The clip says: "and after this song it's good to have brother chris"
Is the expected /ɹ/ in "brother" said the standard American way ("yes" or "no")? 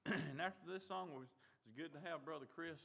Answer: yes